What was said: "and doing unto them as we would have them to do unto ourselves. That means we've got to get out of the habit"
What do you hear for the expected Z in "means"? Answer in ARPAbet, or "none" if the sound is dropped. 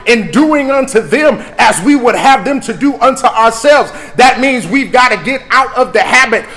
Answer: Z